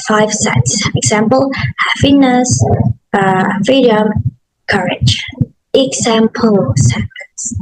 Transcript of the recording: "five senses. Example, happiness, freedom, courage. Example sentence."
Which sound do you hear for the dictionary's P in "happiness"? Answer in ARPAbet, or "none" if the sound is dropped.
F